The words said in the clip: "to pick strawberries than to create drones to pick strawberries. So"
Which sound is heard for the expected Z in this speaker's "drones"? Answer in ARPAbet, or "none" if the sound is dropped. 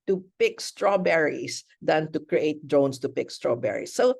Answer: S